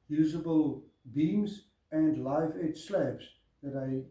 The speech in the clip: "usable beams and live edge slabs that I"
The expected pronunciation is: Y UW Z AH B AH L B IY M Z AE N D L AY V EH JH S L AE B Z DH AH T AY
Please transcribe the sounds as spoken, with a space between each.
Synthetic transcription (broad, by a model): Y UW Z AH B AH L B IY M Z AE N D L AY F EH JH S L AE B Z DH AH T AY